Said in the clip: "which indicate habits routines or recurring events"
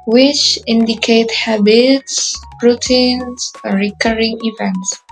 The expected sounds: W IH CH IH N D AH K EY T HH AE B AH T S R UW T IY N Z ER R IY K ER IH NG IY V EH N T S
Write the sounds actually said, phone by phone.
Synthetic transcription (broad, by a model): W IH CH IH N D AH K EY T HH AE B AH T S R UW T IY N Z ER R IY K ER IH NG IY V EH N T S